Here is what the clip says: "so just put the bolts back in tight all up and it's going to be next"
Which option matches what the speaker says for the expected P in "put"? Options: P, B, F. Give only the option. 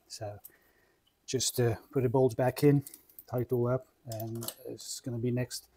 P